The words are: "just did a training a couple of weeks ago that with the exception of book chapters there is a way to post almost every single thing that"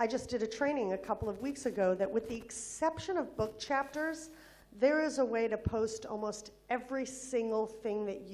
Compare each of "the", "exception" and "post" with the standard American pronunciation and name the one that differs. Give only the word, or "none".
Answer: none